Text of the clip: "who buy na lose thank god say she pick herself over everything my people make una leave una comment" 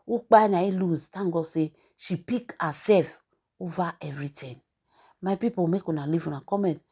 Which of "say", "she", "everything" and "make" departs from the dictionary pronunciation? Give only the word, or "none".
everything